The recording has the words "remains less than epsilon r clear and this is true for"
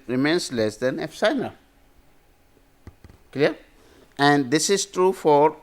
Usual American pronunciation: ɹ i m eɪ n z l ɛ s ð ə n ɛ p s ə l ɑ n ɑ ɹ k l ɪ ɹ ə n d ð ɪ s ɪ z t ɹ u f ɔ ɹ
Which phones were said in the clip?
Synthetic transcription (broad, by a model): ɹ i m eɪ n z l ɛ s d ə n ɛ f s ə ɪ n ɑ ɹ k l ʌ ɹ ə n d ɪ s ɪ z t ɹ u f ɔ ɹ